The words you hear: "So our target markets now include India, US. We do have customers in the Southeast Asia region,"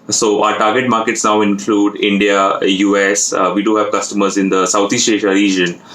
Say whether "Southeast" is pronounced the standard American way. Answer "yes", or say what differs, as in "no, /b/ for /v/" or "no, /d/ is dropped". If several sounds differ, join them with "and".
no, /t/ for /θ/